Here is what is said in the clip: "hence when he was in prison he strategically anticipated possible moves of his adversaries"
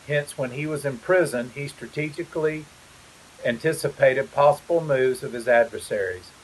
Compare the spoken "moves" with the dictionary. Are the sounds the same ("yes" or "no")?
yes